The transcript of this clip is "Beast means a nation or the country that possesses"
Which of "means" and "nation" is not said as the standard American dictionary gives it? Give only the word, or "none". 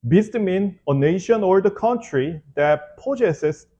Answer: means